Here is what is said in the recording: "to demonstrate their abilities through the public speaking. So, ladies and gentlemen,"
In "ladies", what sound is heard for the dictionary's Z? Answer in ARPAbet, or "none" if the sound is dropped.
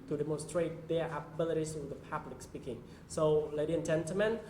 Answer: none